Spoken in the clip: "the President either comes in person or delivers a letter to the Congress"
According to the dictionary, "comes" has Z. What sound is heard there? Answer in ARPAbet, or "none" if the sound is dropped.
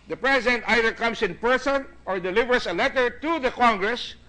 S